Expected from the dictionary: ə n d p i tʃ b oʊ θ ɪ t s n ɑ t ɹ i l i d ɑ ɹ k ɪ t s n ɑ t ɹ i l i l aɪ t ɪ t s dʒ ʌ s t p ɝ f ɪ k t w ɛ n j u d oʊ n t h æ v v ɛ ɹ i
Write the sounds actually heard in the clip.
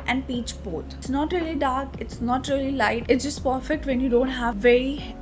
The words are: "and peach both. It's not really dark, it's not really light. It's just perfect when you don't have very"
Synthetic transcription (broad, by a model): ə n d p i tʃ b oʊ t s n ɑ t ɹ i l i d ɑ ɹ k ɪ t s n ɑ t ɹ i l i l aɪ t ɪ t s dʒ ʌ s t p ɝ f ɪ k t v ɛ n j u d oʊ n t h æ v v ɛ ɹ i